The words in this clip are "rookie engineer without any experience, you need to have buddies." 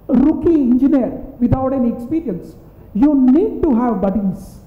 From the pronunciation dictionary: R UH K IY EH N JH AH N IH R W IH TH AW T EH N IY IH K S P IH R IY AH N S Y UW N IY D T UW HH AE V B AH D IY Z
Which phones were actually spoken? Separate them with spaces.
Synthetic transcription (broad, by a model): R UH K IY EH N JH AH N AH R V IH T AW T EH N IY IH K S P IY R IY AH N S Y UW N IY D T UW HH AE V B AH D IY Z